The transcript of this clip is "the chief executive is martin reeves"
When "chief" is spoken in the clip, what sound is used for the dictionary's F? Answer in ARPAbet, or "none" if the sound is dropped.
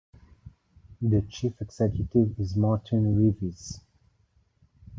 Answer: F